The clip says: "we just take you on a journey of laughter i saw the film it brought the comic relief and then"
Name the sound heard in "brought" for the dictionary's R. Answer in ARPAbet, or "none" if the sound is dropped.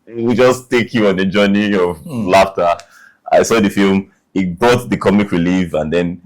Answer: none